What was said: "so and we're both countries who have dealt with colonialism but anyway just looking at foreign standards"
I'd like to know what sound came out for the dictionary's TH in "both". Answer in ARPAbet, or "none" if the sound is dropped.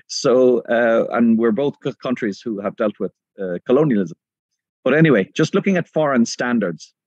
TH